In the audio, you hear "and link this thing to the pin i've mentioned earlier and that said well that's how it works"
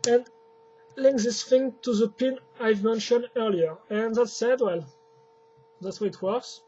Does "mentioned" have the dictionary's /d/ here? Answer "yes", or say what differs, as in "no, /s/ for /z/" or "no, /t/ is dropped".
yes